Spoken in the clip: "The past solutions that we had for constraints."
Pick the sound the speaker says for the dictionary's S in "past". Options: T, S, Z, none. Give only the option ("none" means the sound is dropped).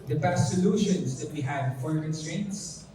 none